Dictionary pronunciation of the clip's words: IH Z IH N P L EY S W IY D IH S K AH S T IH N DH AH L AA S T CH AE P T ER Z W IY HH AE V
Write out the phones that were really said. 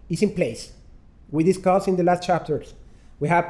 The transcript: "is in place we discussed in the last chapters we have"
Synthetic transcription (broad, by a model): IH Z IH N P L EY S W IY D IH S K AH S IH N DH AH L AA S T CH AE P T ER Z W IY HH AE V